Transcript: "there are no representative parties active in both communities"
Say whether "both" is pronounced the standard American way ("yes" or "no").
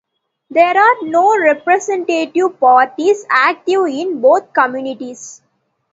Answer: no